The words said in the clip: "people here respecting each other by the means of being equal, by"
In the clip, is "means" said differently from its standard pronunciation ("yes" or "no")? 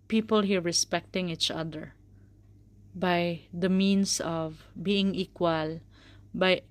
yes